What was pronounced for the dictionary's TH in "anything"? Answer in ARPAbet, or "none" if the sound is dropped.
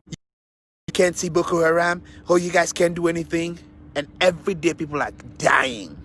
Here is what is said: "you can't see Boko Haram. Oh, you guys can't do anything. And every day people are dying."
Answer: TH